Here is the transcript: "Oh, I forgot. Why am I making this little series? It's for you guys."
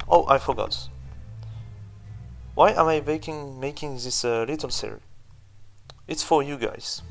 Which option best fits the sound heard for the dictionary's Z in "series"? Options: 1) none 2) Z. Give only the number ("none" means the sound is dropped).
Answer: 1